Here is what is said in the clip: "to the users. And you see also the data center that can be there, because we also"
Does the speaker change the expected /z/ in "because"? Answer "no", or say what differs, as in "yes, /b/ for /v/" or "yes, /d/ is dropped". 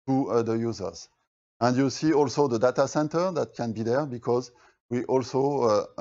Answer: no